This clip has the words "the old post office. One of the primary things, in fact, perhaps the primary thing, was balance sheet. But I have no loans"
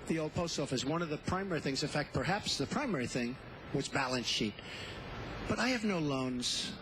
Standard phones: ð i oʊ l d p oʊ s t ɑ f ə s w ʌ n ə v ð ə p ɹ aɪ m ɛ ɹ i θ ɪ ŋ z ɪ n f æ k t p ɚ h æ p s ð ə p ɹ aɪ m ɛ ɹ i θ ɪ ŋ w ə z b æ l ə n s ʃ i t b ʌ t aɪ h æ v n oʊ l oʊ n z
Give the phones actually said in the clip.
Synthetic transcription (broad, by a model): ð i oʊ l d p oʊ s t ɑ f ə s w ʌ n ə v ð ə p ɹ aɪ m ɛ ɹ i θ ɪ ŋ z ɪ f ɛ k t p ɚ h æ p s ð ə p ɹ aɪ m ɛ ɹ i θ ɪ ŋ w ə z b æ l ə n s ʃ i t b ʌ t aɪ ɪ v n oʊ l oʊ n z